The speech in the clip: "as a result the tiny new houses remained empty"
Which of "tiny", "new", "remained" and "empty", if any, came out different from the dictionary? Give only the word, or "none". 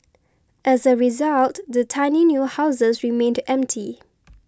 none